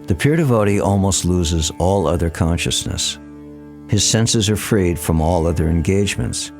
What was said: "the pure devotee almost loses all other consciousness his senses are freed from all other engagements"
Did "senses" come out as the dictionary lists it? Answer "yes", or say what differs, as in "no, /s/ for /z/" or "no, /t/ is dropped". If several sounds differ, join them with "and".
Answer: yes